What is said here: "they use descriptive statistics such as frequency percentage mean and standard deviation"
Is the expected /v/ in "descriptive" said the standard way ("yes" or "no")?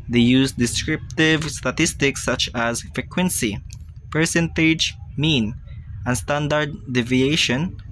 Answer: yes